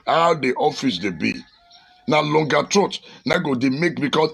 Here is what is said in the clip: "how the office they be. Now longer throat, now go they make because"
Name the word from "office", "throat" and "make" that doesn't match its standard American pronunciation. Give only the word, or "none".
throat